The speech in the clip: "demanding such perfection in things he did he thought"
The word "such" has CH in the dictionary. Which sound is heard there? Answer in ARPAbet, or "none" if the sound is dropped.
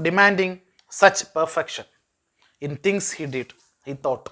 CH